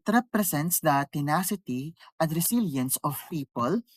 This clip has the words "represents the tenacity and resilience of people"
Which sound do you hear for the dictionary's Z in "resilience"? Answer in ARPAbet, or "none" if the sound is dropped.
S